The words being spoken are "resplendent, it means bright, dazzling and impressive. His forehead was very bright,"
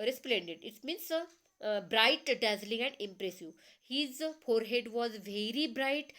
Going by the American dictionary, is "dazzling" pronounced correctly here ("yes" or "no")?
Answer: yes